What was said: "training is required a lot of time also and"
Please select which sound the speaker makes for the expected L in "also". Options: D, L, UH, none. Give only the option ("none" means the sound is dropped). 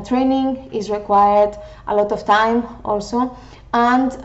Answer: L